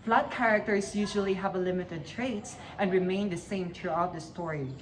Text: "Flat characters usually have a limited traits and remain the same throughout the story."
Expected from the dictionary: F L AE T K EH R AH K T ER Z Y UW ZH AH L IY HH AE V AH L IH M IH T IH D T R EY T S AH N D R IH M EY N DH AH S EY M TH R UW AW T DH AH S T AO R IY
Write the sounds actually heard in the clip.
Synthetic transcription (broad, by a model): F L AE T K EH R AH K T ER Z Y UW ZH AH L IY HH AE V AH L IH M IH T IH D T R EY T S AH N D R IH M EY N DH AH S EY M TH R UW AW T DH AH S T AO R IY